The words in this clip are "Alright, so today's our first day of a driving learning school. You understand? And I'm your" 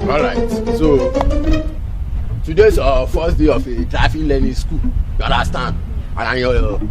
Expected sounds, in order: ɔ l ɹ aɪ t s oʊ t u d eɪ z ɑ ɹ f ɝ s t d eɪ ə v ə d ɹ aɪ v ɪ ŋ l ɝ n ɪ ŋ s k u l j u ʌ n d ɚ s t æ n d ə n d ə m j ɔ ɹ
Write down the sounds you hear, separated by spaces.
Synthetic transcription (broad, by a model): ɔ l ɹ aɪ t s oʊ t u d eɪ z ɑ f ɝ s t d eɪ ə f ə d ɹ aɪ f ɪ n l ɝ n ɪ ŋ s k u l j u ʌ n d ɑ s t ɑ n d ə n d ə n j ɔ